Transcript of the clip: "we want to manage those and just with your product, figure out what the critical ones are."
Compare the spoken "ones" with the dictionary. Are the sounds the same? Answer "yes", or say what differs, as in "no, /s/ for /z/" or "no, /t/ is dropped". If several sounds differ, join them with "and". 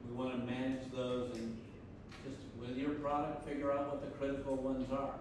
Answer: yes